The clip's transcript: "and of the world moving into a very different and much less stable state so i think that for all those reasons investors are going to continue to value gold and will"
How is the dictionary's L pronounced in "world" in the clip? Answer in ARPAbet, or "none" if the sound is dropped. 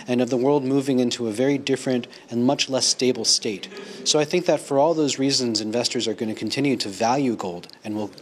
L